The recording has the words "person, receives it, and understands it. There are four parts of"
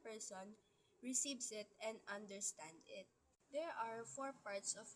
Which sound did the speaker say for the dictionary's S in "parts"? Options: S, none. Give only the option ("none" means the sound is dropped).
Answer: S